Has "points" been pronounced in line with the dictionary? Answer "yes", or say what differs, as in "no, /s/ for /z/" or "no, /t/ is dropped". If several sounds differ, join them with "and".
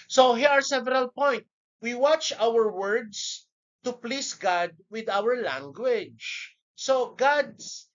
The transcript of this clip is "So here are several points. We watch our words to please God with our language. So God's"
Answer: no, /s/ is dropped